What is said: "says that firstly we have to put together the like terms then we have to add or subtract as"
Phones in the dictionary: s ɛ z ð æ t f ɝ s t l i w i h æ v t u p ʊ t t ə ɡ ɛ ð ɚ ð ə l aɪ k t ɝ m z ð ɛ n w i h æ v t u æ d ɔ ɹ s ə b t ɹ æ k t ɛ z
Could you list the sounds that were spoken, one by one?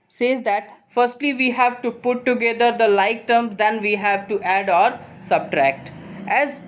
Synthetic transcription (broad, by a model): s ɛ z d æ t f ɝ s t l i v i h æ v t u p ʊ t t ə ɡ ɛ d ɚ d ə l aɪ k t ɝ m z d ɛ n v i h æ v t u æ d ɔ ɹ s ə b t ɹ æ k t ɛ z